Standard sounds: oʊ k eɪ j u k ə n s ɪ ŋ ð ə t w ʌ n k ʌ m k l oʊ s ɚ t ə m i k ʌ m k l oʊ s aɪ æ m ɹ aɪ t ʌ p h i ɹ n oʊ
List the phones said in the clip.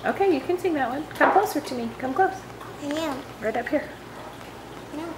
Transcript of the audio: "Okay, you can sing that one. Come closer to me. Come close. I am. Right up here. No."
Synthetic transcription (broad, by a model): oʊ k eɪ j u k ə n s ɪ ŋ ð ə t w ʌ n k ʌ m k oʊ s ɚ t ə m i k ʌ m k oʊ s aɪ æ ɹ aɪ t ʌ p h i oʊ